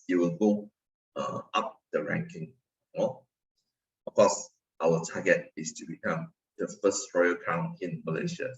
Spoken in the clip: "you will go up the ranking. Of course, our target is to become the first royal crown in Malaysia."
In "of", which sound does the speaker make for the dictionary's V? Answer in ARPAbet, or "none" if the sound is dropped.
F